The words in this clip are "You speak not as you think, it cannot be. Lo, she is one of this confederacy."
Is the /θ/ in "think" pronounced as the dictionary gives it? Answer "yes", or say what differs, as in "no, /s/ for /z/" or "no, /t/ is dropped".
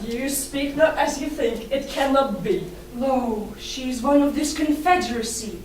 yes